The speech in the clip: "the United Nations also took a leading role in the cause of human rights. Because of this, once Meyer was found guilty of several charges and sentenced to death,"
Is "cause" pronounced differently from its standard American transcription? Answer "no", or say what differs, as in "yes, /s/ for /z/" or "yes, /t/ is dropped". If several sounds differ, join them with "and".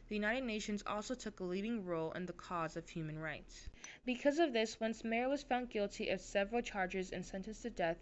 no